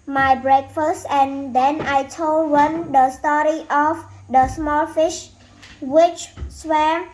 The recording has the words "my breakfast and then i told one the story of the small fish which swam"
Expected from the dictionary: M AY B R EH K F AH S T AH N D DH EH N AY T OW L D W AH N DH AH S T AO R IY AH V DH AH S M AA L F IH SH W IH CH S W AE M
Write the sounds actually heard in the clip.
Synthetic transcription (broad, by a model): M AY B R EH K F AH S T AH N D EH N AY T OW L D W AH N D AH S T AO R IY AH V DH AH S M AA L F IH SH W IH CH S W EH